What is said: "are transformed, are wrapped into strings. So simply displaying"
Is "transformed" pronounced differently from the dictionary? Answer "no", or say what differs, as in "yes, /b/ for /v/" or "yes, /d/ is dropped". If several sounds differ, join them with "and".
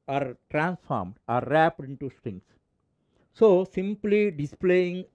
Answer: no